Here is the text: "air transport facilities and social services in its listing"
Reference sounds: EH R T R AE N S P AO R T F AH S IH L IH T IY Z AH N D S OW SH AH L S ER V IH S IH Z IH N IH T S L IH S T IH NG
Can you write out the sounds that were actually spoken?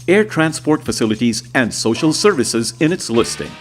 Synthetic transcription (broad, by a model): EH R T R AE N S P AO R T F AH S IH L IH T IY Z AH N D S OW SH AH L S ER V IH S IH Z IH N IH T S L IH S T IH NG